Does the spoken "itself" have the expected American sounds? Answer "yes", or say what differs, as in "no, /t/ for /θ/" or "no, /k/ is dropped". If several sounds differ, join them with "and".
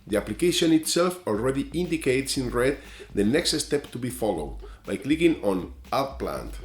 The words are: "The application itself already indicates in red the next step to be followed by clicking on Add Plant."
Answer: yes